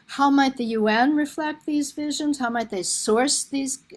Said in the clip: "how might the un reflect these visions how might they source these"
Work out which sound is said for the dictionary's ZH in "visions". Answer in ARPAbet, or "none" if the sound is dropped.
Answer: ZH